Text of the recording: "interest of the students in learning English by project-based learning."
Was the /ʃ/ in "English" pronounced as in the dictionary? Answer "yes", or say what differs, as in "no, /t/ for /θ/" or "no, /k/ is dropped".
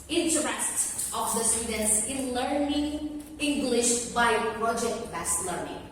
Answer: yes